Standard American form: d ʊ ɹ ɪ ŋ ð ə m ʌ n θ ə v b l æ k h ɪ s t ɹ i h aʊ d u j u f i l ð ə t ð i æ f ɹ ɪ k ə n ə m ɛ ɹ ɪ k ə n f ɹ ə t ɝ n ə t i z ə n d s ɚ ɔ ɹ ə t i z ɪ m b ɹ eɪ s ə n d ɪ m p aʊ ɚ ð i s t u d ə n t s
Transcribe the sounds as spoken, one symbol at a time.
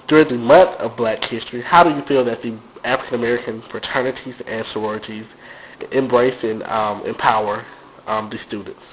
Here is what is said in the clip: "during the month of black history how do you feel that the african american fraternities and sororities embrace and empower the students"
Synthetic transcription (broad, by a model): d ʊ ɹ ɪ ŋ ð ə m ʌ n θ ə v b l æ k h ɪ s t ɹ i h aʊ d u j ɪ f i l ð ə t ð i æ f ɹ ɪ k ə n ə m ɛ ɹ ɪ k ə n f ɹ ə t ɝ n ə t i z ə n s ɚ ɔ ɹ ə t i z ɪ m b ɹ eɪ s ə n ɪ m p aʊ ɚ ð i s t u d n t s